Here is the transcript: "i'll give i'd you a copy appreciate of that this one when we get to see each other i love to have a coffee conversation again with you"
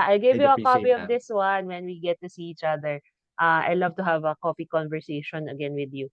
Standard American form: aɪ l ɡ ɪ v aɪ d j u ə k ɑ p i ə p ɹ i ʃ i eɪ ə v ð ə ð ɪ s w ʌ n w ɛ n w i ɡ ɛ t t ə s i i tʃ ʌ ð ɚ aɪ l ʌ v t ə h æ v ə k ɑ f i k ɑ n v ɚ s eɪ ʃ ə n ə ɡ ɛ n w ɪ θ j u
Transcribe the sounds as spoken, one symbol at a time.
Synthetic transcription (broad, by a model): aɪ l ɡ ɪ v j u ə k ɑ p i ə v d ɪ s w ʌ n w ɛ n w i ɡ ɛ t t ə s i i tʃ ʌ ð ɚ aɪ l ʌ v t ə h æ v ə k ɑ p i k ɑ n v ɚ s eɪ ʃ ə n ə ɡ ɛ n w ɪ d j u